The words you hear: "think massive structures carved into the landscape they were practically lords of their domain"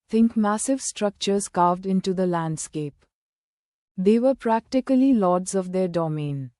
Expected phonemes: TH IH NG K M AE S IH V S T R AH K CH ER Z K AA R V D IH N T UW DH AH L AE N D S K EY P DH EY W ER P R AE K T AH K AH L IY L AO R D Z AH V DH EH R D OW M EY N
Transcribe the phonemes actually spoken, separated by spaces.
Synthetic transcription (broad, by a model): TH IH NG K M AE S IH V S T R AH K CH ER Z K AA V D IH N T UW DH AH L AE N D S K EY P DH EY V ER P R AE K T AH K AH L IY L AO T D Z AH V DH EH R D OW M EY N